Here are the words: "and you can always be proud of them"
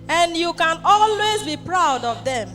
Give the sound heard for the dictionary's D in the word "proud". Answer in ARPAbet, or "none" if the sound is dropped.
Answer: D